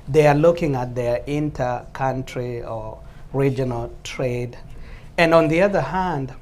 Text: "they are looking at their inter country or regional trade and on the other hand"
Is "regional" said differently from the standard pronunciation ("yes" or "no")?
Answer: no